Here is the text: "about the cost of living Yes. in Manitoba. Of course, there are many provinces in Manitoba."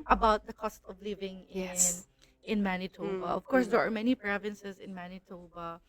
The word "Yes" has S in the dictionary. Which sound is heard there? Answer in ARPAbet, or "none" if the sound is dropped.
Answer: none